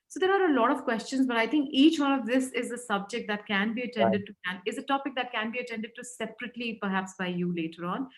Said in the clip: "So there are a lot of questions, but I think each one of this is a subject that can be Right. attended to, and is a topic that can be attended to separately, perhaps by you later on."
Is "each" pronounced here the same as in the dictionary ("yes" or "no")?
yes